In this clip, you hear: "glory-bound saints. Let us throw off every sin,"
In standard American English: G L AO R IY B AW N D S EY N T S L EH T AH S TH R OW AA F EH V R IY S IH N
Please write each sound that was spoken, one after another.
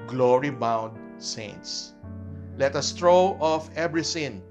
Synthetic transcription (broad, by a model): G L AO R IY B AW N D S EY N T S L EH T AH S T R OW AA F EH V R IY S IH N